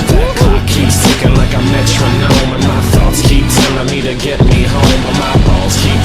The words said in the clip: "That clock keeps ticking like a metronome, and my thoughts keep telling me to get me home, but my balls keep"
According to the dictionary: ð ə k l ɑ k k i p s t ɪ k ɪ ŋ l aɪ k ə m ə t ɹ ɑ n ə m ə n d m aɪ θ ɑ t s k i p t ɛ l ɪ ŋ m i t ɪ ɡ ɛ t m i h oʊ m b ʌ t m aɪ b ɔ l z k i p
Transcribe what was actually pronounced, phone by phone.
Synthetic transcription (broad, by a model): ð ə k ɑ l k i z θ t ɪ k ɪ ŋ l aɪ k ə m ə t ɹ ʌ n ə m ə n m aɪ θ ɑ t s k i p s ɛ n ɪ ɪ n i t ɪ ɡ ɛ t m i h oʊ m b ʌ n m aɪ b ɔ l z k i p